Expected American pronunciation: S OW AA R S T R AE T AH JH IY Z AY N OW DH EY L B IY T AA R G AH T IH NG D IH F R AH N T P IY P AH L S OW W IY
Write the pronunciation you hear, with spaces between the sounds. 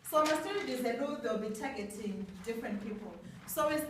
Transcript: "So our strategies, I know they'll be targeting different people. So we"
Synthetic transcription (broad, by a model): S OW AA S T IY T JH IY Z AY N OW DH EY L B IY T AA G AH T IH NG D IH F R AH N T P IY P AH L S OW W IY